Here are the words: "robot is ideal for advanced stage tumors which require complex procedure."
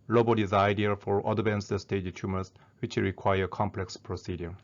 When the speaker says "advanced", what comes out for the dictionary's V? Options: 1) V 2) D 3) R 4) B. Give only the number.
4